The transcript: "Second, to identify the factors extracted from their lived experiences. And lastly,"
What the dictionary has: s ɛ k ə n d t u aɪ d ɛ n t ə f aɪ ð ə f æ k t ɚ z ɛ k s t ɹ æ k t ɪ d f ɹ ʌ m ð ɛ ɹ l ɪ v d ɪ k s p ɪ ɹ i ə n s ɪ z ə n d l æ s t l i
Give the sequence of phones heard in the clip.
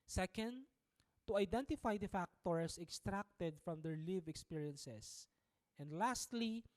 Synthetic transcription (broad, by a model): s ɛ k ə n d t u aɪ d ɛ n t ə f aɪ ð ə f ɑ k t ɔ s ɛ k s t ɹ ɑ k t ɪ d f ɹ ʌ m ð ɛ ɹ l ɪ v ɪ k s p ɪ ɹ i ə n s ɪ s ə n d l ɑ s t l i